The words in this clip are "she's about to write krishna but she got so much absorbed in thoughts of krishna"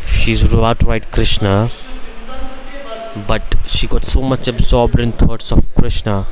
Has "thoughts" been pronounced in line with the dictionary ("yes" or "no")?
no